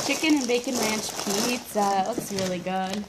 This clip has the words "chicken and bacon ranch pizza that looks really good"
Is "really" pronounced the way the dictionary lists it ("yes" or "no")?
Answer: yes